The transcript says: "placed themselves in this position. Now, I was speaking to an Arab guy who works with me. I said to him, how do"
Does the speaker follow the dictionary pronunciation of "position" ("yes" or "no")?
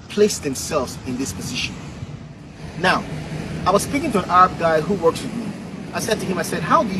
yes